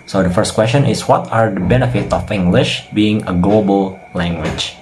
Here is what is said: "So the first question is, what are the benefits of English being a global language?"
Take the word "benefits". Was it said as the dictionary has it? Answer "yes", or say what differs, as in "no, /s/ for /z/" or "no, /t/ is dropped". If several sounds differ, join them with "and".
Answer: no, /s/ is dropped